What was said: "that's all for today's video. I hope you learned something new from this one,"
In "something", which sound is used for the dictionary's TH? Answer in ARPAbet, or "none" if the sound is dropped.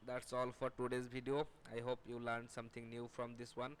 T